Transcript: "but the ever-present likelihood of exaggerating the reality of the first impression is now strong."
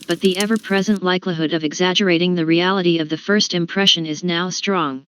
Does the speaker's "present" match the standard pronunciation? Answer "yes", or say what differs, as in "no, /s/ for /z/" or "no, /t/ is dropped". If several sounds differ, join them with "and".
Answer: yes